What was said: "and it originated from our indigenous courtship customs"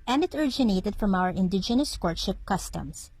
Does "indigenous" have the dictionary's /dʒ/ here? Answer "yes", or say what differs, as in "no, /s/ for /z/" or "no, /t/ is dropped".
yes